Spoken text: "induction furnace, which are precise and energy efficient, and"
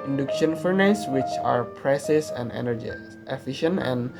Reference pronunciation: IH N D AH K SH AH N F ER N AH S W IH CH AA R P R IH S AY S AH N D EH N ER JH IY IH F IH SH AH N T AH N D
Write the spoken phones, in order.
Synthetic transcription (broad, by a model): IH N D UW K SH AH N F ER N AH S W IH CH AA R P R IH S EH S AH N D EH N ER JH IY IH F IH SH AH N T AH N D